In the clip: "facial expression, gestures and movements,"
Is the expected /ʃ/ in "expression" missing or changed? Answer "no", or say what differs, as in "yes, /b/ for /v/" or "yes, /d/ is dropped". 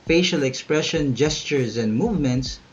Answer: no